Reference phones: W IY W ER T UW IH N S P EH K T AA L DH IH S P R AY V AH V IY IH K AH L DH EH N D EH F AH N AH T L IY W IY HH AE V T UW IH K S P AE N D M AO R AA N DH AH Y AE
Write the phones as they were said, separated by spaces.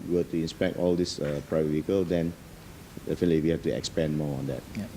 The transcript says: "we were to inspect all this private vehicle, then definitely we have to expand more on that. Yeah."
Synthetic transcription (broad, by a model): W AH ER T UW IH N S P EH K T AA L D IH S P R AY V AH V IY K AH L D EH N D EH F AH N AH T L IY W IY HH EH F T UW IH K S P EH N M AO AA N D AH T